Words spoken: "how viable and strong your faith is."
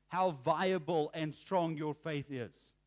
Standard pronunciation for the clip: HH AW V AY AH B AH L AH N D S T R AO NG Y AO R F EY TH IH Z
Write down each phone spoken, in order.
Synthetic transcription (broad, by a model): HH AW V AY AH B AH L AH N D S T R AO NG Y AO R F EY TH IH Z